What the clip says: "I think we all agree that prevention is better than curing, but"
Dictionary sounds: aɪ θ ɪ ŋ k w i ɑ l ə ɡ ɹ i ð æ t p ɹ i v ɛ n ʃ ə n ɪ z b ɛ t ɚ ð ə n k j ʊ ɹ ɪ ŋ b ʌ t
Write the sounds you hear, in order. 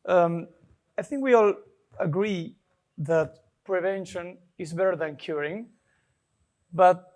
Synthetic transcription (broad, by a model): aɪ θ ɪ ŋ k w i ɑ l ə ɡ ɹ i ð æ t p ɹ i v ɛ n ʃ ə n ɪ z b ɛ t ɚ ð ə n k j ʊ ɹ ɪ ŋ b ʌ t